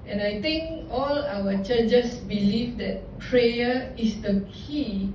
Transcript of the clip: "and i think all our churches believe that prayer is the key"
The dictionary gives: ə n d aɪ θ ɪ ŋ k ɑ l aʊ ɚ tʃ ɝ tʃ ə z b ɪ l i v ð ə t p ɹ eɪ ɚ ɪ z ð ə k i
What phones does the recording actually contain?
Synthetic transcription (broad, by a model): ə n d aɪ t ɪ ŋ k ɑ l aʊ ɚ tʃ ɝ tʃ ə s b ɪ l i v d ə t p ɹ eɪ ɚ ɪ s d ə k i